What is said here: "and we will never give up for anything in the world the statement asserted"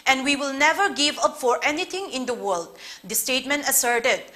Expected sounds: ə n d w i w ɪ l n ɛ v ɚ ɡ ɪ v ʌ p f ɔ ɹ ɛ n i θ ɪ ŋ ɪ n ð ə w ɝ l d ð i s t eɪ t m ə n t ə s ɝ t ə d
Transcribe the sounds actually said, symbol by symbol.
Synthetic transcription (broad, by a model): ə n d w i w ɪ l n ɛ v ɚ ɡ ɪ v ʌ p f ɔ ɹ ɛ n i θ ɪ ŋ ɪ n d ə w ɝ l d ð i s t eɪ t m ə n t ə s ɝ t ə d